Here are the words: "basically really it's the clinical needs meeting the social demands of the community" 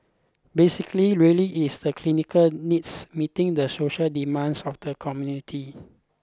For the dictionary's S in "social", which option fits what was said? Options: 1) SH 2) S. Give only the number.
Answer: 2